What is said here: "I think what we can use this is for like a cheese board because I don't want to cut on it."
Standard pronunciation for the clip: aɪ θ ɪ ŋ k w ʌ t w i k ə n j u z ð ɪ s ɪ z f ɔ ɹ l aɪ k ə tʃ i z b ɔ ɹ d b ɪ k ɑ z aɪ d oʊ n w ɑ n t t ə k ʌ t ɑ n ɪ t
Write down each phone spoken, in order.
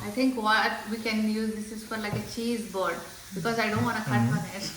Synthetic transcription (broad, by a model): aɪ t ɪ ŋ k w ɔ t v i k ə n j u z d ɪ s ɪ z f ɔ ɹ l aɪ k ə tʃ i z b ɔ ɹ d b ɪ k ɑ z aɪ d oʊ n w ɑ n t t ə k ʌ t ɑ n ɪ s